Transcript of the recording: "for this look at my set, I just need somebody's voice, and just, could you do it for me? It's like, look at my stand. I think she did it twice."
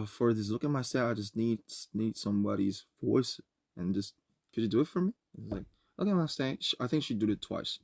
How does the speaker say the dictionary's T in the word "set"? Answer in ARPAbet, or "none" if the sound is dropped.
none